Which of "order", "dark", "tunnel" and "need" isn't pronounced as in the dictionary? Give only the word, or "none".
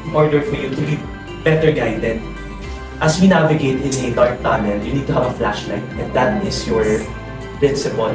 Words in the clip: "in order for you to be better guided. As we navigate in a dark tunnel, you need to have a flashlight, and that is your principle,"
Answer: tunnel